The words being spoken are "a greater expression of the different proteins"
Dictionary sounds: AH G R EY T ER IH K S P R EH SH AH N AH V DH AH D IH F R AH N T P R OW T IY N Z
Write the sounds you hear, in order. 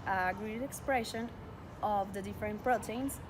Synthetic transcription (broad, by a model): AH G R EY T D IH K S P R EH SH AH N AH V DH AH D IH F R AH N T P R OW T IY N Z